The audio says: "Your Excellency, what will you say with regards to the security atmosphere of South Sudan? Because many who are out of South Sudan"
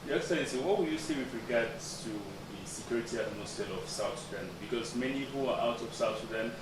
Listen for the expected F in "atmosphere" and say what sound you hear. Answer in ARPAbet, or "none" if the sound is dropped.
none